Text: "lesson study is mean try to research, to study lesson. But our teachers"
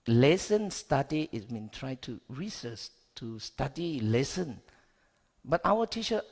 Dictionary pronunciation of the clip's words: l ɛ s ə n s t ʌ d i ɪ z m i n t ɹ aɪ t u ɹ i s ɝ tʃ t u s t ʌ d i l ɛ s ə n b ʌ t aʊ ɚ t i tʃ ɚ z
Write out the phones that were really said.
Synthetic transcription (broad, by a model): l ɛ s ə n s t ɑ d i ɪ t m i n t ɹ aɪ t u ɹ i s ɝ s t u s t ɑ d i l ɛ s ə n b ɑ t aʊ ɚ t i tʃ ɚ